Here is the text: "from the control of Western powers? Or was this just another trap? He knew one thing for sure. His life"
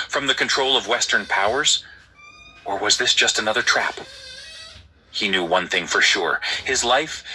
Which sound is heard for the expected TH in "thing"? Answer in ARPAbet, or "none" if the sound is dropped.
TH